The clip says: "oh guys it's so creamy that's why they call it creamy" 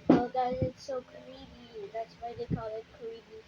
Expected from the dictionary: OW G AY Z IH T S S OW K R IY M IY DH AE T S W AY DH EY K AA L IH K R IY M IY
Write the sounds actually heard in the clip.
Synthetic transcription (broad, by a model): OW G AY IH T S S OW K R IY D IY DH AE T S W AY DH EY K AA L IH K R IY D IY